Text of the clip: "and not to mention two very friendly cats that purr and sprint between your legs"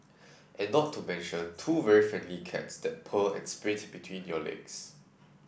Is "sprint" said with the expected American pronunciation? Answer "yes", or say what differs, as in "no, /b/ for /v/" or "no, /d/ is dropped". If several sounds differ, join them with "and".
no, /n/ is dropped